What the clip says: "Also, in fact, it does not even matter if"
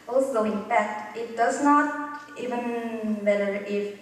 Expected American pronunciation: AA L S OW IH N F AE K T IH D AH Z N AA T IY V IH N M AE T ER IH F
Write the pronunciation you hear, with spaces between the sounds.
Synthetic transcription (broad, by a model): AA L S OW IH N P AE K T IH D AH S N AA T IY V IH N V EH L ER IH